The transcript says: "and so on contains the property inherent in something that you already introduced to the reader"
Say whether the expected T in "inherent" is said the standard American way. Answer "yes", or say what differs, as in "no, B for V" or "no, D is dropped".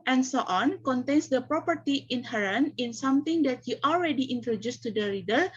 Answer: no, T is dropped